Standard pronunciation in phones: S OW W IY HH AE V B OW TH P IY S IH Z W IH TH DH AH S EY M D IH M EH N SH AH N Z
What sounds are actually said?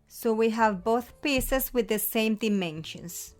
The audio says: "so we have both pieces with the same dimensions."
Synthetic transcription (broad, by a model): S OW W IY HH AE V B OW TH P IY S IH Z W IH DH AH S EY M D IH M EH N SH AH N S